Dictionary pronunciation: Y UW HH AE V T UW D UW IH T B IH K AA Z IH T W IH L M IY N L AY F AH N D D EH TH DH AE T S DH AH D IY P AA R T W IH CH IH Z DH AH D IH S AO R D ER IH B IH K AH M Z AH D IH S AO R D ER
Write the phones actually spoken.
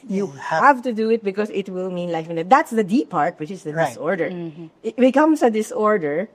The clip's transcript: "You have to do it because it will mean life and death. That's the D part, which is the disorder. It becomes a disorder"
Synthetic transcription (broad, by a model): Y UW HH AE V T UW D UW IH T B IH K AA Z IH T W IH L M IY N L AY F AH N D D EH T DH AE T S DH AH D IY P AA R T W IH CH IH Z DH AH D IH S AO R D ER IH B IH K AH M S AH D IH S AO R D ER